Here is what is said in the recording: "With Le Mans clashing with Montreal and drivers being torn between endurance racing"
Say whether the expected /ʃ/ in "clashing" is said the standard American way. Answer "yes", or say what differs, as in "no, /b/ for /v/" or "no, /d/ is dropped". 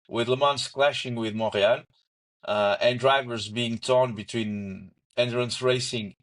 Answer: yes